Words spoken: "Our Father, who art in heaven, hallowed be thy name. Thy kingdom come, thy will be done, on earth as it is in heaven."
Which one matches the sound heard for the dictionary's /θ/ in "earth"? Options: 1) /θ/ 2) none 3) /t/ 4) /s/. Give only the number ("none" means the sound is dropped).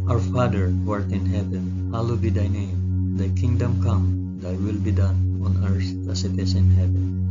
4